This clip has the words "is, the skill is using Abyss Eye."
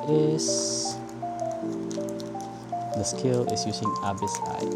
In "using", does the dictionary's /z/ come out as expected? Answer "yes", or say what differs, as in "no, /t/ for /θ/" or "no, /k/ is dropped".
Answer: no, /s/ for /z/